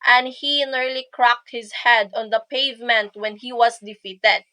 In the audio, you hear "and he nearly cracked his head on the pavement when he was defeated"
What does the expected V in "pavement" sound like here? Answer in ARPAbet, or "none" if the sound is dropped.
V